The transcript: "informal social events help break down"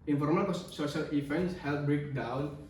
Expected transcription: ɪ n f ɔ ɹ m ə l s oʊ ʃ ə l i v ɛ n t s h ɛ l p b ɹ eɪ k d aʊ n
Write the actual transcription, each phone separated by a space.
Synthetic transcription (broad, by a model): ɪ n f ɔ ɹ m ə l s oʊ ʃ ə l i f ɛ n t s h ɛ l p b ɹ eɪ k d aʊ n